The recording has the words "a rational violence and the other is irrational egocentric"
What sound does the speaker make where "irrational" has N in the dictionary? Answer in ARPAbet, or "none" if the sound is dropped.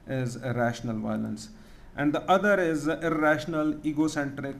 N